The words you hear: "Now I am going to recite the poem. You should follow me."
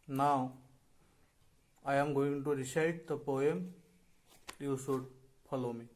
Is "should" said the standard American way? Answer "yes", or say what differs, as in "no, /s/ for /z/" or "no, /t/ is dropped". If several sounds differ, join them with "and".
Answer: no, /s/ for /ʃ/